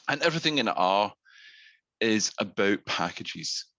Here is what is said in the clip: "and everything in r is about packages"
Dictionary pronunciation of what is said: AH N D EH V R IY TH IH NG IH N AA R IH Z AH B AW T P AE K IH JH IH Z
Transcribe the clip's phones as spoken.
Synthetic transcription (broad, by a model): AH N EH V R IY TH IH NG IH N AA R IH Z AH B AW T P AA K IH JH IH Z